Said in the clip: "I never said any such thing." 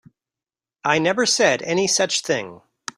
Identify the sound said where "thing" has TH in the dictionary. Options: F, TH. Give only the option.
TH